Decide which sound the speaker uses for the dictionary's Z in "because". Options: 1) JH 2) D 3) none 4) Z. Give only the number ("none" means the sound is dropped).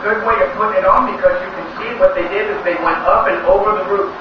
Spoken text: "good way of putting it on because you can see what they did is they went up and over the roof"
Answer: 4